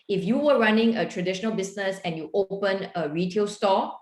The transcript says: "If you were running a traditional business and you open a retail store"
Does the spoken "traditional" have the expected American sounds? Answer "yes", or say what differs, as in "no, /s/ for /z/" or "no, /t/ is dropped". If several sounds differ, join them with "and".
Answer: yes